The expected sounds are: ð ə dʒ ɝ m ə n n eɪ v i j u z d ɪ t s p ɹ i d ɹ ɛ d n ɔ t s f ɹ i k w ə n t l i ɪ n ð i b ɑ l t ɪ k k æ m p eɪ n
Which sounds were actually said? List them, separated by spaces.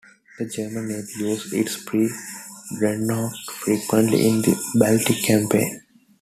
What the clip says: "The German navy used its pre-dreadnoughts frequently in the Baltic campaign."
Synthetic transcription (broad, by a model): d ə dʒ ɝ m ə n n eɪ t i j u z ɪ t s p ɹ i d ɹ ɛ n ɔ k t f ɹ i k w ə n t l i ɪ n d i b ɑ l t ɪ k k æ m p eɪ n